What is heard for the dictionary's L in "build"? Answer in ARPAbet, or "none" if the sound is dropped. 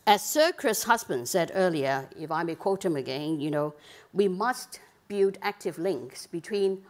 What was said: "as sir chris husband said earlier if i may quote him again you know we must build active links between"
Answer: none